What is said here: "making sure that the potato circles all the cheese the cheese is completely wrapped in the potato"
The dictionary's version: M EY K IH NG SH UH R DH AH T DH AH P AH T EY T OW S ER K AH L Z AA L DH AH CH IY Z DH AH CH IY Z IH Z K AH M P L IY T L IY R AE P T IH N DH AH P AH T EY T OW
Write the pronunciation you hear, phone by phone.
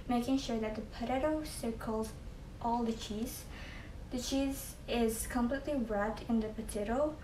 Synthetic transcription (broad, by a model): M EY K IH NG SH UH R DH AH T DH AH P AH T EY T OW S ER K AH L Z AA L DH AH CH IY Z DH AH CH IY Z IH Z K AH M P L IY T L IY R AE T IH N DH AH P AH T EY T OW